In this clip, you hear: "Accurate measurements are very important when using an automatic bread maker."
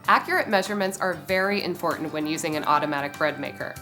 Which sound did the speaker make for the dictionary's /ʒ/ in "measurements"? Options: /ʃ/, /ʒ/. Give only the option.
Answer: /ʒ/